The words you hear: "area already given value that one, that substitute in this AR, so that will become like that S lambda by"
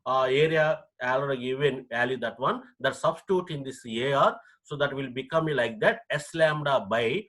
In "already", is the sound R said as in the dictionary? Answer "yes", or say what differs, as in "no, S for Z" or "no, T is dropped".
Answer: no, R is dropped